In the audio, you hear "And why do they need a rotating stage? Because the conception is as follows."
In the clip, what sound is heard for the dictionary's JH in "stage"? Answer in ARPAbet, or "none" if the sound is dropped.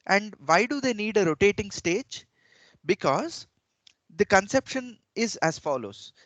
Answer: JH